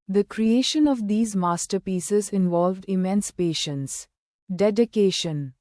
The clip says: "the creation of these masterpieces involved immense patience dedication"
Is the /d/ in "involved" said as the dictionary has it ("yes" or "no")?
yes